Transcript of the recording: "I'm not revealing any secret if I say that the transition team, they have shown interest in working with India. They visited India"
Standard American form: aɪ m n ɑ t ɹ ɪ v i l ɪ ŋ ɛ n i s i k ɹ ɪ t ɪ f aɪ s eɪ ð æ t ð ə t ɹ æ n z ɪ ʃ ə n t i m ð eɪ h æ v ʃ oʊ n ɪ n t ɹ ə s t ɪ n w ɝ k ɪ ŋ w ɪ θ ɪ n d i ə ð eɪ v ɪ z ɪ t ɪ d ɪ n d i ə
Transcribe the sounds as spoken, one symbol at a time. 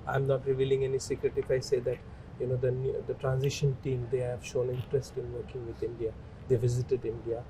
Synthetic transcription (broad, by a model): aɪ m n ɑ t ɹ ɪ v i l ɪ ŋ ɛ n i s i k ɹ ɪ t ɪ f aɪ s eɪ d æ t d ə t ɹ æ n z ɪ ʃ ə n t i m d eɪ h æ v ʃ oʊ n ɪ n t ɹ ə s t ɪ n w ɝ k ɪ ŋ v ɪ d ɪ n d i ə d eɪ v ɪ z ɪ t ɪ d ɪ n d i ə